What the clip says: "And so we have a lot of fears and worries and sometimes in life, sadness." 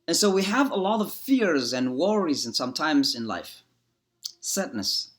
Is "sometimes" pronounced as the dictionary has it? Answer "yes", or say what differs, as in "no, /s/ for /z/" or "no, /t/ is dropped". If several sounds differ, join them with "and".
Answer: yes